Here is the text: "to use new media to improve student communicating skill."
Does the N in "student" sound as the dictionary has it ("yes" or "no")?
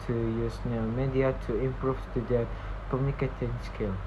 no